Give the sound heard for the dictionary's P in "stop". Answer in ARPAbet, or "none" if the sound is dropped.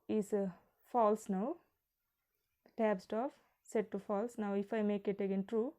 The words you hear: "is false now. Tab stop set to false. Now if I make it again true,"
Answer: F